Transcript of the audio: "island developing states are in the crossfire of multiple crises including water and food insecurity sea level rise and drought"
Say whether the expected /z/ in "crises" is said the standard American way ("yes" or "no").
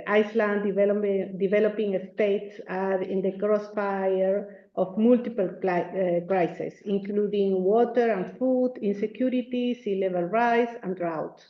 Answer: no